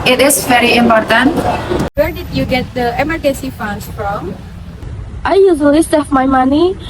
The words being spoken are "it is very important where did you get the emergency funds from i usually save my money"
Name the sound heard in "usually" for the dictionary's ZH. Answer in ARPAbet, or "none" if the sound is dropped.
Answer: Z